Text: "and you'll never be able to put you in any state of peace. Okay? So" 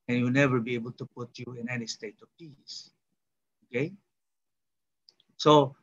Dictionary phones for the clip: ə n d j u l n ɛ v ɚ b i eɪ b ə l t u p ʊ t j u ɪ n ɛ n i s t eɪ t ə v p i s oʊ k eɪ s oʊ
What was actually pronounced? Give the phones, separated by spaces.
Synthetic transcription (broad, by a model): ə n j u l n ɛ v ɚ b i eɪ b ə l t u p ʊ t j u ɪ n ɛ n i s t eɪ t ə v p i s oʊ k eɪ s oʊ